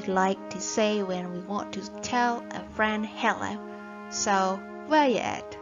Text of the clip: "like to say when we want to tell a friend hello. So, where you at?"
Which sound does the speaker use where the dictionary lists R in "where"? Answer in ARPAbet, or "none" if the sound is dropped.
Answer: L